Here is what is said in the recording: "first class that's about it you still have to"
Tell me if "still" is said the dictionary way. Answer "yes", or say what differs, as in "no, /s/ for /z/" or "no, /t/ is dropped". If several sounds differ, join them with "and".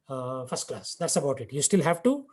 yes